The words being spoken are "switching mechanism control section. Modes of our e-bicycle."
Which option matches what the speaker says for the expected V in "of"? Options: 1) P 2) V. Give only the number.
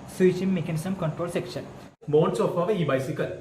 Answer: 1